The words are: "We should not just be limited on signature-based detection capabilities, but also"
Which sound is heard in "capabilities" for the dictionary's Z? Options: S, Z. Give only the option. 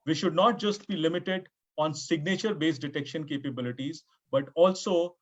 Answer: Z